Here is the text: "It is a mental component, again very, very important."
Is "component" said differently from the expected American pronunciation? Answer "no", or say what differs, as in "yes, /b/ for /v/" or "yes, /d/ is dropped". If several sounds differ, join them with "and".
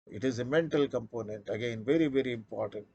no